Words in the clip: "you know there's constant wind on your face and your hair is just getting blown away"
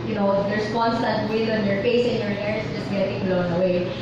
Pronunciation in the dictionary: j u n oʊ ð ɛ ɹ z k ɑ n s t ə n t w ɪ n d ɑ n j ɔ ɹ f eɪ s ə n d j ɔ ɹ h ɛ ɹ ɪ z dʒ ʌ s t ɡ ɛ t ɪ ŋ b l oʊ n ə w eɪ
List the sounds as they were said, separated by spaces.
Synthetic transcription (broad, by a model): j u n oʊ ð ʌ ɹ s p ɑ n s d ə t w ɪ d ɑ n j ɔ ɹ f eɪ s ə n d j ɔ ɹ h ɛ ɹ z dʒ ʌ s t ɡ ɛ t ɪ ŋ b l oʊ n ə w eɪ